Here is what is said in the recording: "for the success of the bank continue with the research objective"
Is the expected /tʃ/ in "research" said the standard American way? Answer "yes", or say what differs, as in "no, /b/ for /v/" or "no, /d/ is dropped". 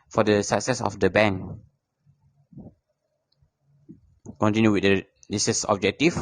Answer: no, /s/ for /tʃ/